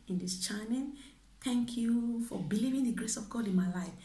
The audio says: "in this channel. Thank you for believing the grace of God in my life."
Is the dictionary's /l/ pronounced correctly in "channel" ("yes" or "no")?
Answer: no